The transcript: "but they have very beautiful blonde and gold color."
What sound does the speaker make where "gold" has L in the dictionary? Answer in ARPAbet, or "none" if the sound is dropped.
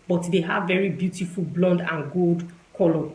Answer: L